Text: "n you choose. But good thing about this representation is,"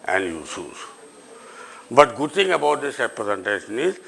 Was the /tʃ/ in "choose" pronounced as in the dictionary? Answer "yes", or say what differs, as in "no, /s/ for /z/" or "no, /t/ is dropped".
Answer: no, /s/ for /tʃ/